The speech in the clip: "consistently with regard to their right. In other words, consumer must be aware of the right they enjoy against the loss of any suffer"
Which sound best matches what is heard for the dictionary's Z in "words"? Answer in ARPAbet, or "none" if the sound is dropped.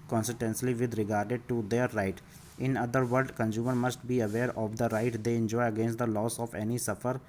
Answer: none